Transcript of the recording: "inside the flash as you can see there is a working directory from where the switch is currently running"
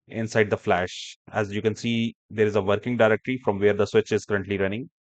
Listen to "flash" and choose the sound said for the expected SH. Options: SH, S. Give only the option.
SH